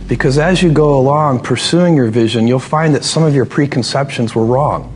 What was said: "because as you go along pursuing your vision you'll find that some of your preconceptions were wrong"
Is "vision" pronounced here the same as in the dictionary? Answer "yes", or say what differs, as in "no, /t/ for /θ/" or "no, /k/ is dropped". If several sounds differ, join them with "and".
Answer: yes